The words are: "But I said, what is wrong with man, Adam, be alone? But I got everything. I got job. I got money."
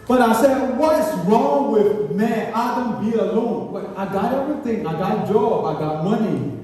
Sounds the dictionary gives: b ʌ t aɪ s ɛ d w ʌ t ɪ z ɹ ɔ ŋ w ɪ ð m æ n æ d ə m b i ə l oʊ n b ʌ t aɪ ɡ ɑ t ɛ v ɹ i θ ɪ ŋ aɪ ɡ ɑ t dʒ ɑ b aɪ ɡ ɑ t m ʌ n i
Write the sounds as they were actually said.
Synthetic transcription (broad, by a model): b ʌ t aɪ s ɛ d w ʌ t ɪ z ɹ ɔ ŋ w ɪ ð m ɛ æ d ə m b i ə l oʊ n b ʌ t aɪ ɡ ɑ t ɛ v ɹ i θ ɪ ŋ aɪ ɡ ɑ t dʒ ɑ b aɪ ɡ ɑ t m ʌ n i